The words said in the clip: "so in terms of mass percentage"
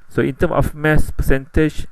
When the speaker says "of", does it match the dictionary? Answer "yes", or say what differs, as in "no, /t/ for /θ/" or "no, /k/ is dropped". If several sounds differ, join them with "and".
no, /f/ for /v/